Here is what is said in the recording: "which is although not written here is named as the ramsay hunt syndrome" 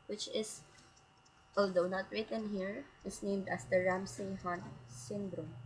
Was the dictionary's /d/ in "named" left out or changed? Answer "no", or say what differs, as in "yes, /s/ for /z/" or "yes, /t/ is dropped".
no